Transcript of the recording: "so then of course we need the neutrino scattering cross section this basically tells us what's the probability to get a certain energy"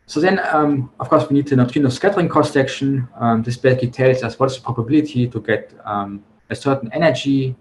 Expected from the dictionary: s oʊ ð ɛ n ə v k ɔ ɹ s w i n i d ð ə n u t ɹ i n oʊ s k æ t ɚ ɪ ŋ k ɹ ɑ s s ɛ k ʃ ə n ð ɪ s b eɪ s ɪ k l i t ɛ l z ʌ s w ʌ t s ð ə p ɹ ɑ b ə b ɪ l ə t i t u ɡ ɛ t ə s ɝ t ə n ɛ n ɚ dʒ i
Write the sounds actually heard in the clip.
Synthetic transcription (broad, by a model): s oʊ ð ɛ n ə f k ɔ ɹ s w i n i d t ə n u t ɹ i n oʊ s k æ t ɚ ɪ ŋ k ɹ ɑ s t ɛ k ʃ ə n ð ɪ s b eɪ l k i t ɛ l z ʌ s w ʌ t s ð ə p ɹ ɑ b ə b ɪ l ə t i t u ɡ ɛ t ə s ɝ t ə n ɛ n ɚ dʒ i